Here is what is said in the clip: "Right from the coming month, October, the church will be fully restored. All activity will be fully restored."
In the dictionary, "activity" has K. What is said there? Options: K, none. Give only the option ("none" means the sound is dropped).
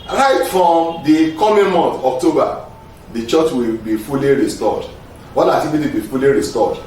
none